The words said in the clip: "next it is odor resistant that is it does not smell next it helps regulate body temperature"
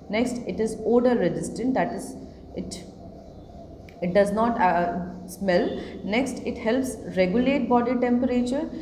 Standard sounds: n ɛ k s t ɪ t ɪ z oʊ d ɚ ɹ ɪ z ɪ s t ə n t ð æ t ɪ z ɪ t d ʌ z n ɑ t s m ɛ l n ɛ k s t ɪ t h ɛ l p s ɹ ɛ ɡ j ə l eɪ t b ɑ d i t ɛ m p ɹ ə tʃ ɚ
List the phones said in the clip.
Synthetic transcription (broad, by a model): n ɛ k s t ɪ t ɪ z oʊ d ɚ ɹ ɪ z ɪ s t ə n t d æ t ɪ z ɪ t d ʌ z n ɑ t s m ɛ l n ɛ k s t ɪ t h ɛ l p s ɹ ɛ ɡ j ə l eɪ t b ɑ d i t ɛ m p ɹ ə tʃ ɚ